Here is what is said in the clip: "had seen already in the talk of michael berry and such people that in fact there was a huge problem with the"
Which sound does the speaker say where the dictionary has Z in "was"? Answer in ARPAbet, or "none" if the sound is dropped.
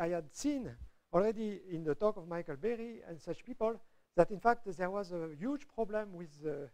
Z